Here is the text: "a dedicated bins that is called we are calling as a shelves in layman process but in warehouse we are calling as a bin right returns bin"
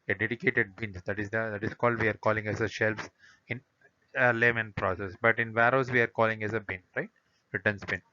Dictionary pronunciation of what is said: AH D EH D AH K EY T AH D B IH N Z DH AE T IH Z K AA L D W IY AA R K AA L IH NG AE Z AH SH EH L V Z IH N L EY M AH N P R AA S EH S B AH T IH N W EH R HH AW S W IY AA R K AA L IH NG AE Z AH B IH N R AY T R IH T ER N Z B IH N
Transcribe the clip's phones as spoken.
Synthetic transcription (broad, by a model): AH D EH D AH K EY T AH D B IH N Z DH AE T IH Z K AA L D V IY AA R K AA L IH NG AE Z AH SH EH L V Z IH N L EY M AH N P R AA S EH S B AH T IH N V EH R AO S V IY AA R K AA L IH NG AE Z AH B IH N R AY T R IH T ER N S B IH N